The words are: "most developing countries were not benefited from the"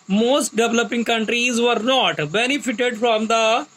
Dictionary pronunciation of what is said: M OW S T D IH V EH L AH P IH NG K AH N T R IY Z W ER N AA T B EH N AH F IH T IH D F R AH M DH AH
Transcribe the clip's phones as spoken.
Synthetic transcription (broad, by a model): M OW S T D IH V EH L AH P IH NG K AH N T R IY Z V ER N AA T B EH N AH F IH T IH D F R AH M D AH